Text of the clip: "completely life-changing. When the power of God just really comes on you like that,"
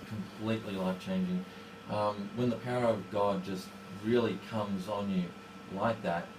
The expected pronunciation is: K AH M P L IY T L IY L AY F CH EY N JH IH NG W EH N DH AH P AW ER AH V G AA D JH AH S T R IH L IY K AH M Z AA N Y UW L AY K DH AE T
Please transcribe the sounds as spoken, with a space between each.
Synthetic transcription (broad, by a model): K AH M P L IY T L IY L AY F CH EY N JH IH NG W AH N DH AH P AW ER AH V G AA D JH AH S T R IH L IY K AH M Z N Y UW L AY K DH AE T